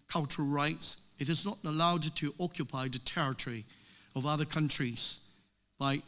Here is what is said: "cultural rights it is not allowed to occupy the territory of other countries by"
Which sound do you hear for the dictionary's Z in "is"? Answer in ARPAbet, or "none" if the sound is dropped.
Z